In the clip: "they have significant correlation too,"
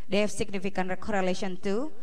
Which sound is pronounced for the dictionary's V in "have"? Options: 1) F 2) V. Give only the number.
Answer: 1